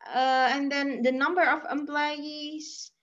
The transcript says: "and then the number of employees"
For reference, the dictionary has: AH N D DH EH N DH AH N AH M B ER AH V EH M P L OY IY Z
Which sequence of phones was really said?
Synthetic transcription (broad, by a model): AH N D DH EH N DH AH N AH M B ER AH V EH M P L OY IY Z